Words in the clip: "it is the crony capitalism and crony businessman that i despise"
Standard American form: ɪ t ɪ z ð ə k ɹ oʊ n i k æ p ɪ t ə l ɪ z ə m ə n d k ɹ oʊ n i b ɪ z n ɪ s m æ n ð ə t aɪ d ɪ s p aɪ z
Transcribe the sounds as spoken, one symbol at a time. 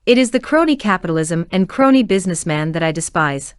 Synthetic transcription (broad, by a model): ɪ t ɪ z ð ə k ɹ oʊ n i k æ p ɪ t l ɪ z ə m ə n k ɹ oʊ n i b ɪ z n ɪ s m æ n ð ə t aɪ d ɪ s p aɪ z